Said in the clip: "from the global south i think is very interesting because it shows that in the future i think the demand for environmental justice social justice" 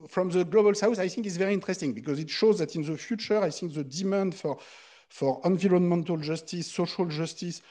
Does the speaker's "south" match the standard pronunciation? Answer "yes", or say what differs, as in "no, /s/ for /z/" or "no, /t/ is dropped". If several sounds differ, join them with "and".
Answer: no, /s/ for /θ/